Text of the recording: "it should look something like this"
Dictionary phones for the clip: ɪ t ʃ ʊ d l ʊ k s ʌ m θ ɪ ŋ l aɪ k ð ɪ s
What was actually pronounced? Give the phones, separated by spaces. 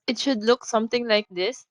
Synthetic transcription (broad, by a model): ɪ t ʃ ʊ d l ʊ k s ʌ m t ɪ ŋ l aɪ k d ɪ s